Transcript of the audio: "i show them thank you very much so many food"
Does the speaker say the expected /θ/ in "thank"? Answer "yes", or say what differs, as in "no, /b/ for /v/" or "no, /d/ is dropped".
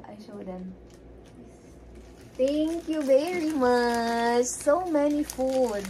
no, /t/ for /θ/